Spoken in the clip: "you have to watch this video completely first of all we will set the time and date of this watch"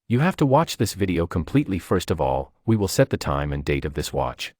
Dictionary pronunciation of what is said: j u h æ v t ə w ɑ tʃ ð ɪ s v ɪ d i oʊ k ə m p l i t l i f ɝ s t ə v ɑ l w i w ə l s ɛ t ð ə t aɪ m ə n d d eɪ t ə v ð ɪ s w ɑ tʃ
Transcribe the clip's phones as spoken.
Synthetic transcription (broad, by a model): j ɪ h æ f t ə w ɑ tʃ ð ɪ s v ɪ d i oʊ k ə m p l i t l i f ɝ s t ə v ɑ l w i w ə l s ɛ t ð ə t aɪ m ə n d d eɪ t ə v ð ɪ s w ɑ tʃ